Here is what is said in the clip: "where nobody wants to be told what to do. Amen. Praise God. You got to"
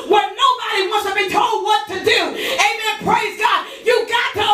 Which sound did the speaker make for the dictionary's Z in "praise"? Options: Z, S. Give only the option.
Z